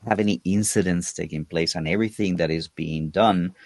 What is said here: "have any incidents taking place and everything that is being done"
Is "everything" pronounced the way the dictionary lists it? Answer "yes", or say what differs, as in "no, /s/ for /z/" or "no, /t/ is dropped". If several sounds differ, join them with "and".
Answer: yes